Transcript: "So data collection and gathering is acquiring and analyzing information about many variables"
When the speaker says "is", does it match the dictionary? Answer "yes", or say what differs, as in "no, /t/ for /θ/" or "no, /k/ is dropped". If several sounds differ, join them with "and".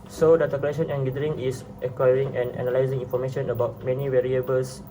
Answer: no, /s/ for /z/